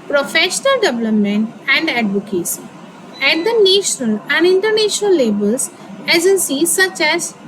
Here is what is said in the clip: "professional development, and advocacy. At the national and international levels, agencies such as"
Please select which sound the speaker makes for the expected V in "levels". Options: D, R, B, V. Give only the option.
B